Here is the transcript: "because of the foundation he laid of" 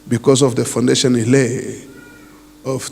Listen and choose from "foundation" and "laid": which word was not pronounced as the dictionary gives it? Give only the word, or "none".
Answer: laid